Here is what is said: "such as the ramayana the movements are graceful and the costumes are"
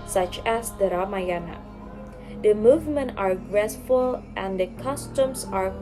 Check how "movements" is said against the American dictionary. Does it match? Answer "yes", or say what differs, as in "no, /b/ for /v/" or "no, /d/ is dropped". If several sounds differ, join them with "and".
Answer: no, /s/ is dropped